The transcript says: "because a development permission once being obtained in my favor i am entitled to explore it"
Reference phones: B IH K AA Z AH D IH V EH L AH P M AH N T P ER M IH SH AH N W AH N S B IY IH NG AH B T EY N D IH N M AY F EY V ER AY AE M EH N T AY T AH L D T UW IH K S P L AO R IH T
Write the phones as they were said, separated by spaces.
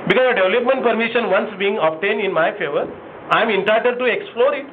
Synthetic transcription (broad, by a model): B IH K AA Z AH D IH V L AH P M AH N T P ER M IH SH AH N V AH N S B IY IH NG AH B T EY N D IH N M AY F EY V ER AY M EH N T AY T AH D T UW IH K S P L AO R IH T